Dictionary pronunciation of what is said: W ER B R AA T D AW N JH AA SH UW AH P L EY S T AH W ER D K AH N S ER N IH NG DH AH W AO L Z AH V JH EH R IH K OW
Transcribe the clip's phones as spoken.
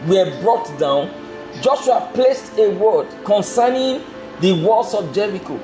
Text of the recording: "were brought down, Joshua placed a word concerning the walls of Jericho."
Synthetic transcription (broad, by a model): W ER B R AA T D AW N JH AA SH UW AH P L EY S T AH W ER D K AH N S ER N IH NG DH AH W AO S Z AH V JH EH R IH K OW